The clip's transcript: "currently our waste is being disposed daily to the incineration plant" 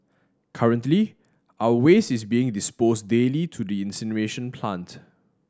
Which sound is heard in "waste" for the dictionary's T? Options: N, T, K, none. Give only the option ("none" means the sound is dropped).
none